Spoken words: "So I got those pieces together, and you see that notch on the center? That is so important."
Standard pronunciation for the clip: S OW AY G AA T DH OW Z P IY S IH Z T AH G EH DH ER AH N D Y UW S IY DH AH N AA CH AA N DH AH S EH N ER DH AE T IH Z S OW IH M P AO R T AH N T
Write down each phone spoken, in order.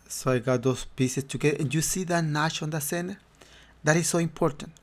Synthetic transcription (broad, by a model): S OW AY G AA T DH OW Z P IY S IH S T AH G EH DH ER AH N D Y UW S IY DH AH N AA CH AA N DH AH S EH N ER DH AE T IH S S OW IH M P AO R T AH N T